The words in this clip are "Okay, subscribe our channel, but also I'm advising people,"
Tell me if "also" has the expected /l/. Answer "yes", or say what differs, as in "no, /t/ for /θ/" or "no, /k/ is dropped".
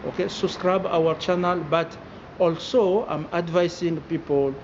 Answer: yes